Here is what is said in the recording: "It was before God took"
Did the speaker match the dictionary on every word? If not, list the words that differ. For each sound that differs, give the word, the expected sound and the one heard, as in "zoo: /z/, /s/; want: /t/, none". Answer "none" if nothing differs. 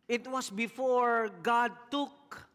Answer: was: /z/, /s/